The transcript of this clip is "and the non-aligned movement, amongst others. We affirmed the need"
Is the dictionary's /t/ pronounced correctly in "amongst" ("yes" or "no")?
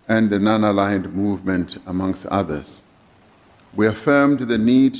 yes